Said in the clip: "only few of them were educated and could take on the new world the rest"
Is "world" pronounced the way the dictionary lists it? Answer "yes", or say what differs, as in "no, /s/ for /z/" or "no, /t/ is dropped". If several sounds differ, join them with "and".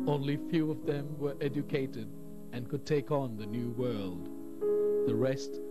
yes